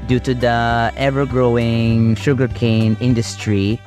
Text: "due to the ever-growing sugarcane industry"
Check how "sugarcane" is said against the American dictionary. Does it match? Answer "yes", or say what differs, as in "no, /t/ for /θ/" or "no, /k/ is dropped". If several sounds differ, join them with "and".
yes